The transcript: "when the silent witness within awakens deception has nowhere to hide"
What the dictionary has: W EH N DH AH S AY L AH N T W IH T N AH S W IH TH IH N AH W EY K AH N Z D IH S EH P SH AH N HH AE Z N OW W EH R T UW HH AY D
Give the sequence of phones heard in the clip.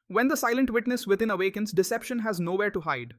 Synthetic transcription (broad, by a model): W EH N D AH S AY L AH N T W IH T N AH S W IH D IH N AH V EY K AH N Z D IH S EH P SH AH N HH AE Z N OW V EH R T UW HH AY D